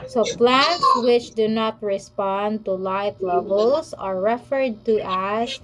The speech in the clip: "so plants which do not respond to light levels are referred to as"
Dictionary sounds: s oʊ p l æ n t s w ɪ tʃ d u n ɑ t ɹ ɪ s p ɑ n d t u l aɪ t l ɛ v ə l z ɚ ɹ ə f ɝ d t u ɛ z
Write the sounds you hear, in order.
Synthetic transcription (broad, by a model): s oʊ p l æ n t s w ɪ tʃ d u n ɑ t ɹ ɪ s p ɑ n d t u l aɪ t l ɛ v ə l s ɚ ɹ ə f ɝ d t u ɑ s